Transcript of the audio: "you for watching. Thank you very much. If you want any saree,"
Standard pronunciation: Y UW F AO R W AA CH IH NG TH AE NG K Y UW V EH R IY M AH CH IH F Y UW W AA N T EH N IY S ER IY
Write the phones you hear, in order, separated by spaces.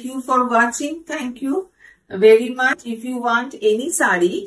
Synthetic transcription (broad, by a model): Y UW F AO R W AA CH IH NG T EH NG K Y UW V EH R IY M AH CH IH F Y UW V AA N T EH N IY S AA IY